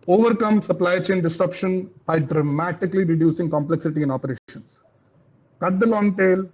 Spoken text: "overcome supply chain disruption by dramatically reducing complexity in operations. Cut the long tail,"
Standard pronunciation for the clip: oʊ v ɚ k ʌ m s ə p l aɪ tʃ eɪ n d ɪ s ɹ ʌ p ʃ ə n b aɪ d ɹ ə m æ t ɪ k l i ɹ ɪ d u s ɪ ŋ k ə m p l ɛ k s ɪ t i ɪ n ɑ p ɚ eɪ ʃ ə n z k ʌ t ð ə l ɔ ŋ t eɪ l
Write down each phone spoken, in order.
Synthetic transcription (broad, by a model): oʊ v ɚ k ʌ m s ə p l aɪ tʃ eɪ n d ɪ s ɹ ʌ p ʃ ə n b aɪ d ɹ ə m æ t ɪ k l i ɹ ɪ d u s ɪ ŋ k ə m p l ɛ k s ɪ t i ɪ n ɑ p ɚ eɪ ʃ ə n s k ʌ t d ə l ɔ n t eɪ l